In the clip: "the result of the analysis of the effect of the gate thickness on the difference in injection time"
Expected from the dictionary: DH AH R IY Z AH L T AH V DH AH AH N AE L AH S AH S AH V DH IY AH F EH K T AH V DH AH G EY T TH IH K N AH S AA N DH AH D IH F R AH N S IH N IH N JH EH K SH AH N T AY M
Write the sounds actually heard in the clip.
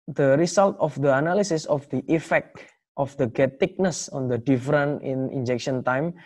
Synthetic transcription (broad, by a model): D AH R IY S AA L T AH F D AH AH N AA L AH S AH S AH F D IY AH F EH K T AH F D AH G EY T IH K N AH S AA N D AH D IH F R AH N IH N IH N JH EH K SH AH N T AY M